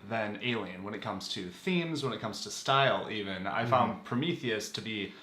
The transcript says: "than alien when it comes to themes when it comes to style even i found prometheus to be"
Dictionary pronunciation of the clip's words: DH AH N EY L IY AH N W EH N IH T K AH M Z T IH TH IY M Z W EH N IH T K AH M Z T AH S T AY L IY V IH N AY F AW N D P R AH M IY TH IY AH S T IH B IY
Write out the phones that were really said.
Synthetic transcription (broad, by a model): DH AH N EY L IY AH N W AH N IH T K AH M Z T IH TH IY M Z W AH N IH T K AH M Z T AH S T AY L IY V IH N AY F AW N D P R AH M IY TH IY AH S T IH B IY